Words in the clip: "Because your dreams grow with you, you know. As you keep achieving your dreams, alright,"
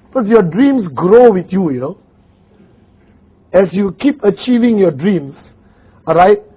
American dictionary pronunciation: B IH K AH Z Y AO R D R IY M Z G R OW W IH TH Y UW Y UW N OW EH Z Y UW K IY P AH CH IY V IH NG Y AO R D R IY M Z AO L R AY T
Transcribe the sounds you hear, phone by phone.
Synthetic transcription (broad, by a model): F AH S Y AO D R IY M S G R OW W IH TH Y UW Y UW N OW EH S Y UW K IY P AH CH IY V IH NG Y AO D R IY M S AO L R AY T